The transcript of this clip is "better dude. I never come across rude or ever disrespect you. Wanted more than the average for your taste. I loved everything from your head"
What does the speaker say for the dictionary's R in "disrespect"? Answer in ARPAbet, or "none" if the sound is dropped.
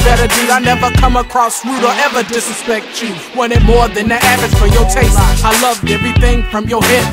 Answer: none